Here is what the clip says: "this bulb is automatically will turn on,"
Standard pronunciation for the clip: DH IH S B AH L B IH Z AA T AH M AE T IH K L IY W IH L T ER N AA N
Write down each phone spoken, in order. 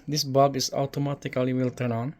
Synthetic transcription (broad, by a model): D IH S B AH B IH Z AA T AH M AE T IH K L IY W IH L T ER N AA N